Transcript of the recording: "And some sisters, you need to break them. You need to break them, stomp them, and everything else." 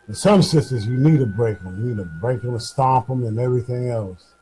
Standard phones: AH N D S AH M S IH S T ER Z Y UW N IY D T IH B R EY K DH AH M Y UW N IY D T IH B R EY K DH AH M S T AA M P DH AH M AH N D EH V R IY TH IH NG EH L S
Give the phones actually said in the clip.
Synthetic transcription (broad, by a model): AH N S AH M S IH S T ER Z Y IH N IY D T IH B R EY K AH M Y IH N IY D T IH B R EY K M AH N S T AA P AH M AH N EH V R IY TH IH NG EH L S